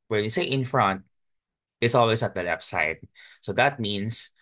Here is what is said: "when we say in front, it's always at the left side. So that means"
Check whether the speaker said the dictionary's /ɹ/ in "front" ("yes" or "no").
yes